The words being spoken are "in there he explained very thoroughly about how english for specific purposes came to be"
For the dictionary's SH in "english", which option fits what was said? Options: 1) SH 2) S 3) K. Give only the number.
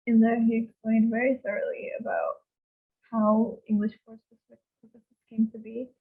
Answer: 1